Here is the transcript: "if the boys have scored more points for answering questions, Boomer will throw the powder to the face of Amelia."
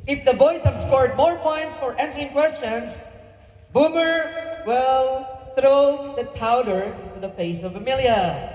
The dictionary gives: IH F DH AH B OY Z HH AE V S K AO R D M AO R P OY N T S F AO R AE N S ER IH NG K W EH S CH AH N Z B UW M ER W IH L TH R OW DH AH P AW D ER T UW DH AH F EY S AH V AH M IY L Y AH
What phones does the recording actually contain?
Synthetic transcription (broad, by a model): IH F DH AH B OY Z HH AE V S K AO R D M AO R P OY N T S F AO R AE N S ER IH NG K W EH S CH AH N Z B UW M ER W IH L TH R OW DH AH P AW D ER T UW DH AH F EY S AH V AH M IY L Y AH